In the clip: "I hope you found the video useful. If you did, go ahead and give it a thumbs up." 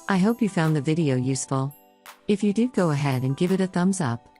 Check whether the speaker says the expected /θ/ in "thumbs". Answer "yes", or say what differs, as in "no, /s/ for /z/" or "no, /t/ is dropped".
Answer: yes